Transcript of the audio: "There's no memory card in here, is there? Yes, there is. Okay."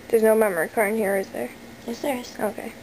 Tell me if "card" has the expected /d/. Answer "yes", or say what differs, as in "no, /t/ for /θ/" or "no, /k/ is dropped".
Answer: no, /d/ is dropped